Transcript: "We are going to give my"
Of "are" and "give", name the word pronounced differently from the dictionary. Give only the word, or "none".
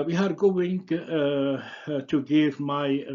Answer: none